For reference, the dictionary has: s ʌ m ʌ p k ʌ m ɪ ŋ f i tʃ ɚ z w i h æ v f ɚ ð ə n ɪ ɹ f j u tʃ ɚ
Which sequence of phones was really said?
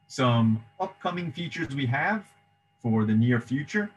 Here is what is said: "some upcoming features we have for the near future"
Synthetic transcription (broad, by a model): s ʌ m ʌ p k ʌ m ɪ ŋ f i tʃ ɚ z w i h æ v f ɚ ð ə n ɪ ɹ f j u tʃ ɚ